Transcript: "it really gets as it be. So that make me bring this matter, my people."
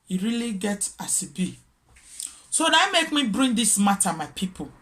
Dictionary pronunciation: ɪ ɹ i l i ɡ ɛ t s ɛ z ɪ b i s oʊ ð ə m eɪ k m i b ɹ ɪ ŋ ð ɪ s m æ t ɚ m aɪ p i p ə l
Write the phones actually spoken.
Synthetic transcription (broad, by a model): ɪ ɹ i l i ɡ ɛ t ɑ s ɪ b i s oʊ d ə m eɪ k m i b ɹ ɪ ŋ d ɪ s m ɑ t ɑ m aɪ p i p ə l